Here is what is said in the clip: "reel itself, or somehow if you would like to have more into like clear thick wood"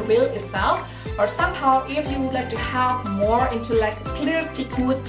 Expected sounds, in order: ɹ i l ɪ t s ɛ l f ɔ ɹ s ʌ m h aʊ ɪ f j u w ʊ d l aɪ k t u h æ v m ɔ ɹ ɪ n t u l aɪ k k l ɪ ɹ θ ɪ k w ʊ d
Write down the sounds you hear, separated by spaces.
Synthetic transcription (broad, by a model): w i l ɪ t s ɛ l f ɔ ɹ s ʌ m h aʊ ɪ f j u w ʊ d l aɪ k t u h æ v m ɔ ɹ ɪ n t u l aɪ k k l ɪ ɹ t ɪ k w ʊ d